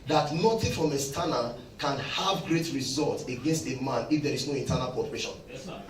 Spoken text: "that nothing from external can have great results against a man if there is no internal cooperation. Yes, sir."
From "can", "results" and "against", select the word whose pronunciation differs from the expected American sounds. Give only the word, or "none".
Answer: results